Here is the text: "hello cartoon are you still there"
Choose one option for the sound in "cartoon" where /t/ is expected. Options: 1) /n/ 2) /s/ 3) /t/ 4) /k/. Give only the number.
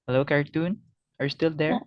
3